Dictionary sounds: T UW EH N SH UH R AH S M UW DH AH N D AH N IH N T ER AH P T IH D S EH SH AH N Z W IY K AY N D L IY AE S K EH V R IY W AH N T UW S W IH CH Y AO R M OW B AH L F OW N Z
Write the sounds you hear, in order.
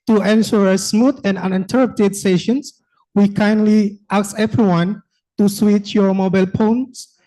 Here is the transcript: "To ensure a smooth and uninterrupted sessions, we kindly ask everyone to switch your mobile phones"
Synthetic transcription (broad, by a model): T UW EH N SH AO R AH S M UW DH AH N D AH N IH N T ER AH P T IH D S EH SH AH N S W IY K AY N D L IY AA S EH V R IY W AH N T UW S W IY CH Y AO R M OW B AH L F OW N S